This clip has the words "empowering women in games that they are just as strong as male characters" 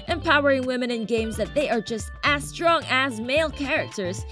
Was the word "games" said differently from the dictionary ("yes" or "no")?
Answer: no